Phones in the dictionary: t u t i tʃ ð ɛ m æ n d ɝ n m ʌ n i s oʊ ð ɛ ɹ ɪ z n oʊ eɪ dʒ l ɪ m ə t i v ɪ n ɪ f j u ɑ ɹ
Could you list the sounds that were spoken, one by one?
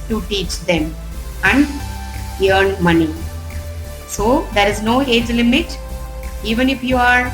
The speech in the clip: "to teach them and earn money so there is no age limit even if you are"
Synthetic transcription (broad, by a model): t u t i tʃ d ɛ m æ n d ɝ n m ʌ n i s oʊ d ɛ ɹ ɪ z n oʊ eɪ dʒ l ɪ m ə t i v ɪ n ɪ f j u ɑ ɹ